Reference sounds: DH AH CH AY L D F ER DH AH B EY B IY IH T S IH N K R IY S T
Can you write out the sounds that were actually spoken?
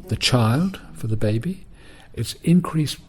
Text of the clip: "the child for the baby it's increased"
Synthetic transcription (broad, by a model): DH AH CH AY L D F ER DH AH B EY B IY IH T S IH N K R IY S